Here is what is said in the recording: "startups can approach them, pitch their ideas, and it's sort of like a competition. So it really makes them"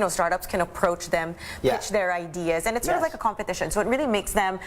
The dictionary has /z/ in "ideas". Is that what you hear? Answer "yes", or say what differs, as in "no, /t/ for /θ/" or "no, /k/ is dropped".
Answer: yes